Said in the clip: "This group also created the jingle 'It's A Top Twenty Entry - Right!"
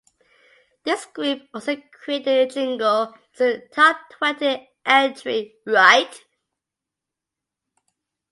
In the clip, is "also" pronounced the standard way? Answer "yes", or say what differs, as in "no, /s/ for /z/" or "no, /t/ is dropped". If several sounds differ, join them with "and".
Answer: no, /l/ is dropped